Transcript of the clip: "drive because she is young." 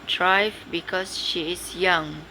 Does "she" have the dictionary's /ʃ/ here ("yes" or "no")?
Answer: yes